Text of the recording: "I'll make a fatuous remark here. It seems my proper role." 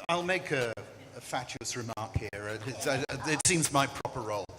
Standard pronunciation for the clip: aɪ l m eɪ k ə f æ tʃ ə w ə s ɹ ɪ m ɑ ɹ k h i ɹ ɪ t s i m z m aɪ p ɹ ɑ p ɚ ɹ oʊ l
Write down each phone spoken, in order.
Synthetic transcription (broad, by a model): aɪ l m eɪ k ə f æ tʃ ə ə s ɹ ɪ m ɑ ɹ k h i ɹ ɪ t s i m z m aɪ p ɹ ɑ p ɚ ɹ oʊ l